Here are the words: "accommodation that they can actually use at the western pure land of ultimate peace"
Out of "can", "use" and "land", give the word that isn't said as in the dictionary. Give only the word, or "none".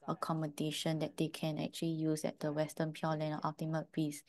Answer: land